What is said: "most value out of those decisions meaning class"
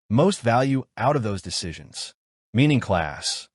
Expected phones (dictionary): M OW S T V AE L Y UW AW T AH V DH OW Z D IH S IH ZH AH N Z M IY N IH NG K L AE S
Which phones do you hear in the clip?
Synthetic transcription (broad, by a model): M OW S T V AE L Y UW AW T AH V DH OW Z D IH S IH ZH AH N Z M IY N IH NG K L AE S